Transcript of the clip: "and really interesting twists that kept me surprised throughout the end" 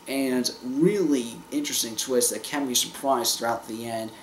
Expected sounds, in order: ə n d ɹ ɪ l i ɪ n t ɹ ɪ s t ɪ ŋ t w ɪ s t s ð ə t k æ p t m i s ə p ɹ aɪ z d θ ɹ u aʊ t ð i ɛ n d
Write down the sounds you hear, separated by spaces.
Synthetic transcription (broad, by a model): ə n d ɹ ɪ l i ɪ n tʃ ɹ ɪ s t ɪ ŋ t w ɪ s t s ð ə t k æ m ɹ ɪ ʃ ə p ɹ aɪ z θ ɹ u aʊ t ð i ɛ n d